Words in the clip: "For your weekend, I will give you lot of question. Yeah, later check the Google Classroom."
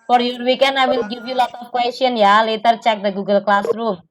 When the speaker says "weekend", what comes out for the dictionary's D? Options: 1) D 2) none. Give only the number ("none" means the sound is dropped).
2